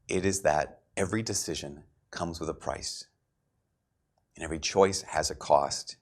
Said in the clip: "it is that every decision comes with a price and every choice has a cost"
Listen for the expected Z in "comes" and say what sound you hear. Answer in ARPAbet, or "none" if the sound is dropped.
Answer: Z